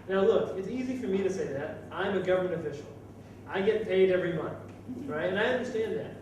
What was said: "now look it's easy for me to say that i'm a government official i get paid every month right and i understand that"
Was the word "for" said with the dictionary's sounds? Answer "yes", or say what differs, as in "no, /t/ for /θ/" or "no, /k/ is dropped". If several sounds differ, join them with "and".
yes